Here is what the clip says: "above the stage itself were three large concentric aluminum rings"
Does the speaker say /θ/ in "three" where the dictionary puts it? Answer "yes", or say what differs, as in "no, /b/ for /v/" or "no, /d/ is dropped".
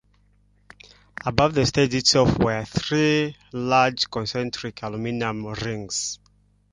yes